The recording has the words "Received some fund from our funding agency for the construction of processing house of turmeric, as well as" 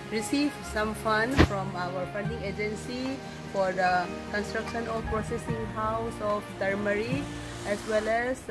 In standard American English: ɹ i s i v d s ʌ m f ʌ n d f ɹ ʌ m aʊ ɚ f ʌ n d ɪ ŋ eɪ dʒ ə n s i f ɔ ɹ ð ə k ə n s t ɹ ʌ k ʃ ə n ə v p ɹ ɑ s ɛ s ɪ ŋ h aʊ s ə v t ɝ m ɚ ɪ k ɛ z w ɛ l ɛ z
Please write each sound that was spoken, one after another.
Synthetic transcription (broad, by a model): ɹ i s i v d s ʌ m f ʌ n d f ɹ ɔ m aʊ ɚ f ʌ n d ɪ ŋ eɪ dʒ ə n s i f ɔ ɹ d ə k ə n s t ɹ ʌ k ʃ ə n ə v p ɹ ɑ s ɛ s ɪ ŋ h aʊ s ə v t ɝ m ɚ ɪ ɛ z w ɛ l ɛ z